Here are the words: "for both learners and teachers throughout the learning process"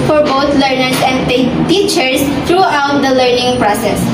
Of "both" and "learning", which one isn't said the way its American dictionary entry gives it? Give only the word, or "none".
both